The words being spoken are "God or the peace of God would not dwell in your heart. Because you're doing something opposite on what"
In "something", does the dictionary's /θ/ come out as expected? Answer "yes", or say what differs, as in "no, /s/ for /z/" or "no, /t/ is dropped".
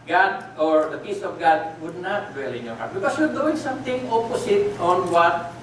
no, /t/ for /θ/